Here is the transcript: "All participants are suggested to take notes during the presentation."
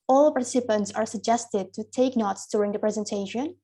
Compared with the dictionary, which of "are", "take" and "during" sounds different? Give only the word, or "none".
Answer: none